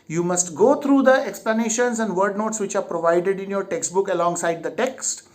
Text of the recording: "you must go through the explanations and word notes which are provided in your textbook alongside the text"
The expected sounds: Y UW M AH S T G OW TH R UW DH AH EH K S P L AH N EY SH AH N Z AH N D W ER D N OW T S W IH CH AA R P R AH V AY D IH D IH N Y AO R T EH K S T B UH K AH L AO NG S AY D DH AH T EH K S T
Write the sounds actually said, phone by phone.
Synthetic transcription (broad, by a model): Y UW M AH S T G OW T R UW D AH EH K S P L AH N EY SH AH N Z AH N D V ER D N OW T S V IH CH AA R P R AH V AY D IH D IH N Y AO R T EH K S T B UH K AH L AO NG S AY D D AH T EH K S T